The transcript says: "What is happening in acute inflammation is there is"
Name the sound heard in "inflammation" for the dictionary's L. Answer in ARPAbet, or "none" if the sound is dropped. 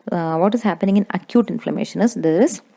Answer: L